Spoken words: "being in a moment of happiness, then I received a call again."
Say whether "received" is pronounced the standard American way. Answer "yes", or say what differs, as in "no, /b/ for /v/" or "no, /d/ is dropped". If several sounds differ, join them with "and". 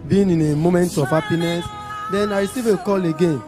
no, /d/ is dropped